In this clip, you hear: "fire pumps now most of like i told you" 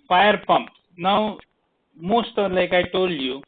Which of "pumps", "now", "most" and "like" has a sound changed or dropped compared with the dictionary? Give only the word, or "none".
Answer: pumps